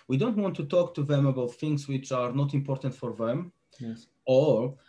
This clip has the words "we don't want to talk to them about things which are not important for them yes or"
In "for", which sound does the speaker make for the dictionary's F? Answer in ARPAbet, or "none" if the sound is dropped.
F